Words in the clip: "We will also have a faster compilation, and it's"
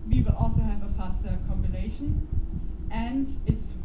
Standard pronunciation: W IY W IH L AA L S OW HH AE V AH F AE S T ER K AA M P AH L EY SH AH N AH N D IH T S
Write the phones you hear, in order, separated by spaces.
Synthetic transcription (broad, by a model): W IY W IH L AA L S OW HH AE V AH F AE S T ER K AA M B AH N EY SH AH N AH N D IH T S